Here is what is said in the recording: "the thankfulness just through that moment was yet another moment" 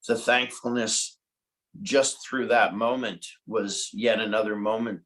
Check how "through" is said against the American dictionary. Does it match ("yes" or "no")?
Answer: yes